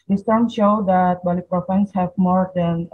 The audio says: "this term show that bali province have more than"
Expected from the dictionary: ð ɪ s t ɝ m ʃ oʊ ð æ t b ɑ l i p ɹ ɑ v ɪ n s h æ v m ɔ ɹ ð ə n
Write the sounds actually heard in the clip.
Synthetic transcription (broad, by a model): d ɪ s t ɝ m ʃ oʊ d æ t b ɑ l i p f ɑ ɪ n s h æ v m ɔ ɹ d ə n